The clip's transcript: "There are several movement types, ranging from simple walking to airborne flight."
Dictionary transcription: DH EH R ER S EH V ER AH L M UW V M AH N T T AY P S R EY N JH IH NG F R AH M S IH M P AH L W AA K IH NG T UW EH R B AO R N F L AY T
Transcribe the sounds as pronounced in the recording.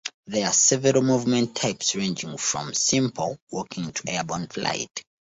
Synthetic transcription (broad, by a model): DH EH R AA S EH V ER AH L M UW V M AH N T T AY P S R EY N JH IH NG F R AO M S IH M P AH L W AA K IH NG T UW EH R B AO N F L AY T